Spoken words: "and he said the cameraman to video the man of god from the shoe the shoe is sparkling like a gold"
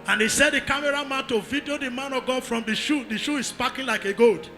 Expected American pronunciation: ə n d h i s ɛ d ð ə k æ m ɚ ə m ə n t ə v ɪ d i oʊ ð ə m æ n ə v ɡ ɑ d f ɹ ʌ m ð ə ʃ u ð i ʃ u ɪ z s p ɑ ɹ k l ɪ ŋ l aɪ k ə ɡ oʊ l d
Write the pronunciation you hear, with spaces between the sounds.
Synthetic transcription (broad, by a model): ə n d h i s ɛ d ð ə k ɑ m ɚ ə m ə n t ə v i d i oʊ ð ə m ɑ n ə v ɡ ɑ d f ɹ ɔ m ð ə ʃ u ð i ʃ u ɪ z s p ɑ k ɪ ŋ l aɪ k ə ɡ oʊ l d